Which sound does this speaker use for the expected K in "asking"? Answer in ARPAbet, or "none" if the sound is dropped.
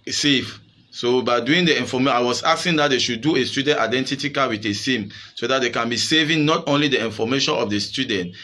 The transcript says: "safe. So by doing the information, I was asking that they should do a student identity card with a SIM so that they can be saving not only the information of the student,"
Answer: none